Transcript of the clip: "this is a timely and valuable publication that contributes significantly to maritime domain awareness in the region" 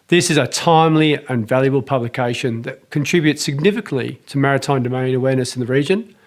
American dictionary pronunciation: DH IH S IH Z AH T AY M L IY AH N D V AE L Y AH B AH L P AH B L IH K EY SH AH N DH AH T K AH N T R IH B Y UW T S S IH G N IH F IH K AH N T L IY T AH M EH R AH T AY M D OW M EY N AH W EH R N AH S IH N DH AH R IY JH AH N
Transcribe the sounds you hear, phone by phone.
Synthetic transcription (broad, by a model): DH IH S IH Z AH T AY M L IY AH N V AE L Y AH B AH L P AH B L IH K EY SH AH N DH AH T K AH N T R IH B Y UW T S S IH G N IH F IH K AH N T L IY T AH M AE R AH T AY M D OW M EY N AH W EH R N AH S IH N DH AH R IY JH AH N